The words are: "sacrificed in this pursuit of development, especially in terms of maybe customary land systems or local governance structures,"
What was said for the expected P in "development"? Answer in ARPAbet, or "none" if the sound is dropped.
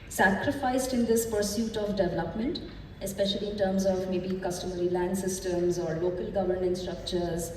P